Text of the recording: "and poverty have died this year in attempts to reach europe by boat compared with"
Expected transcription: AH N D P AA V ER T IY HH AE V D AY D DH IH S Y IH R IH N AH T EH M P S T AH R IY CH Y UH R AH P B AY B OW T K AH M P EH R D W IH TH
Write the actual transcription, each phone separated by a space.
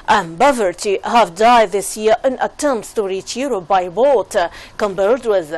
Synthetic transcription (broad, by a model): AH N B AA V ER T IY HH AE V D AY D DH IH S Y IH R IH N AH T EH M S T AH R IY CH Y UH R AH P B AY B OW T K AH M B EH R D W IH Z